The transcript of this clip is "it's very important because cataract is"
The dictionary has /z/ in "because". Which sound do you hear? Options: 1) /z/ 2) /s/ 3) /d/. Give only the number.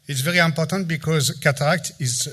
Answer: 1